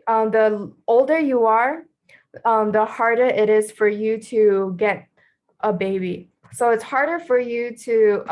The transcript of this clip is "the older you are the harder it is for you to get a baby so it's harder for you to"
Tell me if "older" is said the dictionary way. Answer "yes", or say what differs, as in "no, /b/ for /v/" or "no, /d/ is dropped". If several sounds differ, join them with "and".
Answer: yes